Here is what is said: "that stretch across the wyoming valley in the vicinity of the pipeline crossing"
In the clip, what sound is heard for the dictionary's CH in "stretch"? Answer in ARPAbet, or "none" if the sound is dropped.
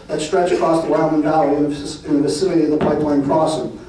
CH